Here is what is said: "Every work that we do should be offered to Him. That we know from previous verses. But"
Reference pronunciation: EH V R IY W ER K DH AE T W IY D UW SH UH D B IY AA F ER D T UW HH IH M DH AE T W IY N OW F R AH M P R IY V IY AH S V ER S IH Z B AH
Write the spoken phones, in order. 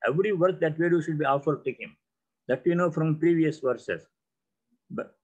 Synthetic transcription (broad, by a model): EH V R IY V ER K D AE T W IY D UW SH UH D B IY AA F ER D T UW HH IH M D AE T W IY N OW F R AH M P R IY V IY AH S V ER S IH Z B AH